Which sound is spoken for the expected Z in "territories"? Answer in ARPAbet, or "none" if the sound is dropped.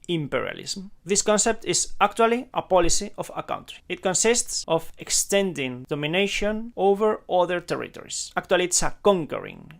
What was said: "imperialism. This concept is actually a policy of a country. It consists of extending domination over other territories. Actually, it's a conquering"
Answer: S